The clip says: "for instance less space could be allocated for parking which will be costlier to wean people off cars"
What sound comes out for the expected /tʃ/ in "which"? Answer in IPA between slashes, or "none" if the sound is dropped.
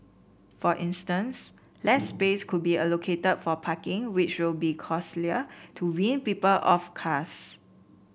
/tʃ/